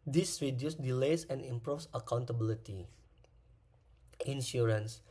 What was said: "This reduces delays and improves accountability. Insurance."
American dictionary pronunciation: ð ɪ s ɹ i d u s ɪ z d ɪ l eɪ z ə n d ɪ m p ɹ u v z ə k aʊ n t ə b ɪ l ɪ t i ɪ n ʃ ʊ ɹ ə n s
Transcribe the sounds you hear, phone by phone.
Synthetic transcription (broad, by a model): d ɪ s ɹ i d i ɪ s d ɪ l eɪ s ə n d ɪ m p ɹ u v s ə k aʊ n t ə b ɪ l ɪ t i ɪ n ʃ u ɹ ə n s